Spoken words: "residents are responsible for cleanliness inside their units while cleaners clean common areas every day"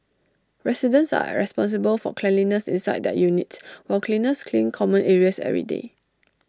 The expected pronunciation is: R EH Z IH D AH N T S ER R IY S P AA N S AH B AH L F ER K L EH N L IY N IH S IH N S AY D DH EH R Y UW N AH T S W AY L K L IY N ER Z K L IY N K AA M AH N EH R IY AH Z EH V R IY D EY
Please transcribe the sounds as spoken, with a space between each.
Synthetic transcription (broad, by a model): R EH S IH D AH N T S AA R IY S P AA N S AH B AH L F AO K L EH N L IY N IH S IH N S AY D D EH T Y UW N AH T S W AY L K L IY N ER S K L IY N K AA M AH N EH R IY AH S EH R IY D EY